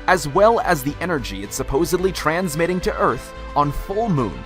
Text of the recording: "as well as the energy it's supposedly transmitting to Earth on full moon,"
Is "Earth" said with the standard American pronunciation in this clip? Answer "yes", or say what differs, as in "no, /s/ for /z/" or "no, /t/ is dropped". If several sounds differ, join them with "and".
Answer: yes